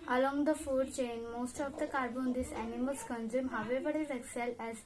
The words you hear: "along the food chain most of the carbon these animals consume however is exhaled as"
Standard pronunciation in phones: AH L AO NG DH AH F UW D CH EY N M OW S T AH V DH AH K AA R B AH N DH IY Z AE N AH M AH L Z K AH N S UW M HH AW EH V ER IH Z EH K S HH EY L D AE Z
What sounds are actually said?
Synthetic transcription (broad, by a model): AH L AO NG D AH F UW D CH EY N M OW S T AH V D AH K AA R B AH N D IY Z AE N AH M AH L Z K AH N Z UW M HH AW EH V ER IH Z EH K S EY L AE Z